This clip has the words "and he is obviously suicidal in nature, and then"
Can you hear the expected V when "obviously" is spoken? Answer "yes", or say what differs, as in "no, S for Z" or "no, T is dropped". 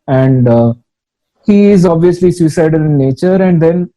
yes